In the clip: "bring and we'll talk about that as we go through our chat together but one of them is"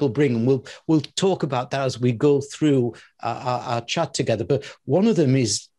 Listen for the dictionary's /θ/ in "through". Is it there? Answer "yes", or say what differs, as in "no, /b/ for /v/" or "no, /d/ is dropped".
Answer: yes